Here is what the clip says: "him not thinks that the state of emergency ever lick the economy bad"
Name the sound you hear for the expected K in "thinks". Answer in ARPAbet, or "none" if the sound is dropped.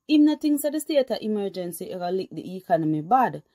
none